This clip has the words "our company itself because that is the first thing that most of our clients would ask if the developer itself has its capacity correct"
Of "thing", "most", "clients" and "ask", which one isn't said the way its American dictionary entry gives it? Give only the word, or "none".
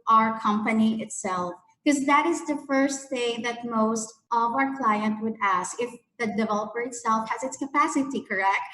clients